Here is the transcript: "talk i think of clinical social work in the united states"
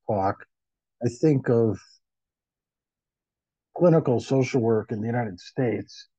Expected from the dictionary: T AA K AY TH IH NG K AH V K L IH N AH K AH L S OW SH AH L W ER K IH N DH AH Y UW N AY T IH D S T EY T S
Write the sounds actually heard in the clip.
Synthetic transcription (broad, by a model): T AA K AY TH IH NG K AH V K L IH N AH K L S OW SH L W ER K IH N DH AH Y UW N AY T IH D S T EY T S